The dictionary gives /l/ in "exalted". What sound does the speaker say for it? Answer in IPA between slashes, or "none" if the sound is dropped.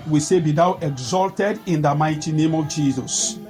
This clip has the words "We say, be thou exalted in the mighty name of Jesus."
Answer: /l/